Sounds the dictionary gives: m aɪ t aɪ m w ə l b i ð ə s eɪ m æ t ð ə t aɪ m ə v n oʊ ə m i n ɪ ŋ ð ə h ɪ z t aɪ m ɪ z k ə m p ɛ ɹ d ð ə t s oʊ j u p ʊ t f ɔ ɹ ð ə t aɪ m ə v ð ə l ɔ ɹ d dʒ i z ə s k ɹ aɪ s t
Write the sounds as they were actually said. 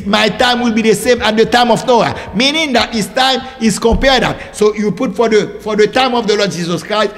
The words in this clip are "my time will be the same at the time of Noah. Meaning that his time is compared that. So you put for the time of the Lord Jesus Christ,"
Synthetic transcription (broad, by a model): m aɪ t aɪ m w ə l b i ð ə s eɪ m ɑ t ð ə t aɪ m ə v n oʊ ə m i n ɪ ŋ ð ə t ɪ s t aɪ m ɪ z k ə m p ɛ ɹ d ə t s oʊ j u p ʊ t f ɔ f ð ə t aɪ m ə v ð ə l ɔ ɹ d dʒ i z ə s k ɹ aɪ s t